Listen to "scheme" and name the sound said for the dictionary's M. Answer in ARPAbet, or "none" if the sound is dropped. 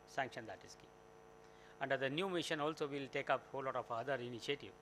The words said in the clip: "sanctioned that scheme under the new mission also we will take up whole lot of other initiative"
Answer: none